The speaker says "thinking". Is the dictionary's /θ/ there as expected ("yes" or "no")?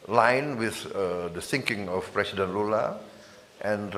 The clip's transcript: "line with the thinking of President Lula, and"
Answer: no